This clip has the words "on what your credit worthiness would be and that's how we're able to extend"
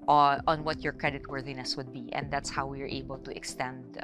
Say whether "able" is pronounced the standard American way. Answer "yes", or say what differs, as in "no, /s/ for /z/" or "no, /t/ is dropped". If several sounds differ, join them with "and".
yes